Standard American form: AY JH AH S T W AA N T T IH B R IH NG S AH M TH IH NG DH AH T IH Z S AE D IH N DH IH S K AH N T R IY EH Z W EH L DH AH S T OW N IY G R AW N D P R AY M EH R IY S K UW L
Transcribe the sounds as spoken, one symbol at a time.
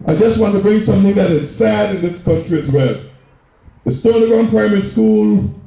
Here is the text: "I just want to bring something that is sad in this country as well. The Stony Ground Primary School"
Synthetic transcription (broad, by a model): AY JH AH S T W AA N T T IH B R IH NG S AH M TH IH NG DH AH T IH Z S AE D IH N DH IH S K AH N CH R IY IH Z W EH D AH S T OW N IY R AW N P R AY M EH R IY S K UW L